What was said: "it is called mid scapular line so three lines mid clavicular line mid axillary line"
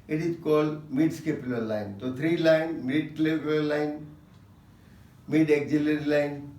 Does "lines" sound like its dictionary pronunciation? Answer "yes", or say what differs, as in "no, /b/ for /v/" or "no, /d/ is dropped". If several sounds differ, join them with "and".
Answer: no, /z/ is dropped